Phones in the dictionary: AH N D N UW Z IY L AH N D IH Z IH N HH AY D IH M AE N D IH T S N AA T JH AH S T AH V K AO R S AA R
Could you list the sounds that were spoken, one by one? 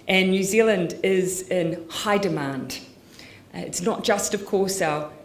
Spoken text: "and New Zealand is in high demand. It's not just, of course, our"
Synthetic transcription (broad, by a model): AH N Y UW Z IY L AH N D IH Z IH N HH AY D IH M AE N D IH T S N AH T JH AH S T AH V K AO R S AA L